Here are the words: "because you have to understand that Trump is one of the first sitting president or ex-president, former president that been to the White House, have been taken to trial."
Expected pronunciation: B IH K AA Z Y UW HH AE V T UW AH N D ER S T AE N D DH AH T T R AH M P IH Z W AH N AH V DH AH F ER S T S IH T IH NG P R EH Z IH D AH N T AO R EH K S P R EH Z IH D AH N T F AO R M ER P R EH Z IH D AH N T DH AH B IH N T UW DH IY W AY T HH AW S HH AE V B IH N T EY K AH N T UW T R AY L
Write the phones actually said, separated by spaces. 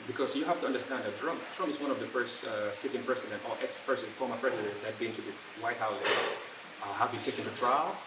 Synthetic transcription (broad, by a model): B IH K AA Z Y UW HH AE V T UW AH N D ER S T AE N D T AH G T R AH M P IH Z W AH N AH V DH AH F ER S T S IH T IH NG P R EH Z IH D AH N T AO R EH K S P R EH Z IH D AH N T F AO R M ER P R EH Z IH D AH N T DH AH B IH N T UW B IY W AY T HH AW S HH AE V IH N T EY K AH N T UW T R AY L